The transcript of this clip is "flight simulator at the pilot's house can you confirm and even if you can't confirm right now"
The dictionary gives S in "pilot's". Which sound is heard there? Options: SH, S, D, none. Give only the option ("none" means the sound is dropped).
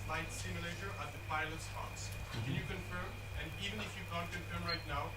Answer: S